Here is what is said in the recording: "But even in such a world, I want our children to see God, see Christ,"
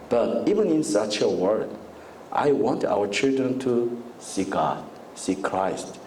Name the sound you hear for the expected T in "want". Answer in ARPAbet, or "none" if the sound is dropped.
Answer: T